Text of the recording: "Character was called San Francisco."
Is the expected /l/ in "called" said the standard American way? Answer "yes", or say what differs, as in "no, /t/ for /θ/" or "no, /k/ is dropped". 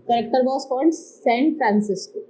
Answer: no, /n/ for /l/